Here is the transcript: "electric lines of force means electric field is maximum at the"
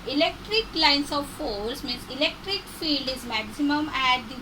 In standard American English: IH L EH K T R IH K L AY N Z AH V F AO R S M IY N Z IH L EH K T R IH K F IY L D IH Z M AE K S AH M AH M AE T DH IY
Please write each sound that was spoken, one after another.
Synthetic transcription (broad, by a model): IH L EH K T R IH K L AY N S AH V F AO L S M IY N S IH L EH K T R IH K F IY L D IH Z M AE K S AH M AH M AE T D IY